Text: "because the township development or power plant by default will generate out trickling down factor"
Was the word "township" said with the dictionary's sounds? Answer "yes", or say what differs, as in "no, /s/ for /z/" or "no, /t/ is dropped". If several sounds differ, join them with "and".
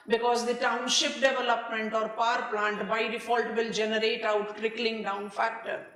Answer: yes